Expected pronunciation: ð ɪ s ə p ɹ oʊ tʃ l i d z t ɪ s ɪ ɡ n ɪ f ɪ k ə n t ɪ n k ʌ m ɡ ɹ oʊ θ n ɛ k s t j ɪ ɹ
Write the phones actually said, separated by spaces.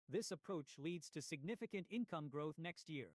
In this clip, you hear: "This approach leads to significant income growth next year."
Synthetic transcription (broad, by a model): ð ɪ s ə p ɹ oʊ tʃ l i d z t ɪ s ɪ ɡ n ɪ f ɪ k ə n t ɪ n k ʌ m ɡ ɹ oʊ θ n ɛ k s t j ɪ ɹ